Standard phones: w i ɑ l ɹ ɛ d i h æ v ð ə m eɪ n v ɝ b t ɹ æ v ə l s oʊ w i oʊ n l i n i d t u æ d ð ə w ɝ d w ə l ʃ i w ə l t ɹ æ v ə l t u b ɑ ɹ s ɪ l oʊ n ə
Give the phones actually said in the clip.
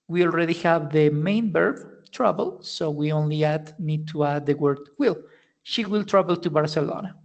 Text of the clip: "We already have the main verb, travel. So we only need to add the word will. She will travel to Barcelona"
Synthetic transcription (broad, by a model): w i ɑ l ɹ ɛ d i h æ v ð ə m eɪ n b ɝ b t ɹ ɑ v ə l s oʊ w i oʊ n l i n i d t u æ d ð ə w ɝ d w ə l ʃ i w ə l t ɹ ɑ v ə l t u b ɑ ɹ s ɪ l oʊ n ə